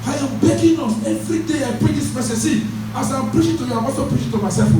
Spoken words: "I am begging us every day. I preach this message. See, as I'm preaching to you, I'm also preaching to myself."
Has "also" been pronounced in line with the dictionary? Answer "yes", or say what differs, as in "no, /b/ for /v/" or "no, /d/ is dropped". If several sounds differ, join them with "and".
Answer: no, /l/ is dropped